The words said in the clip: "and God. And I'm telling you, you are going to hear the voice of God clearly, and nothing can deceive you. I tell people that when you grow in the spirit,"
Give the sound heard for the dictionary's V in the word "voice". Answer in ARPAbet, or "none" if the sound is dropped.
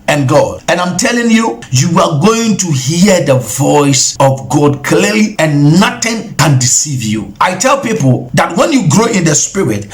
V